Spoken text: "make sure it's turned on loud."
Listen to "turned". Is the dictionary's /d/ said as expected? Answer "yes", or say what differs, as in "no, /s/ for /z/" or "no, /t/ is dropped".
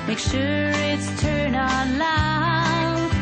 no, /d/ is dropped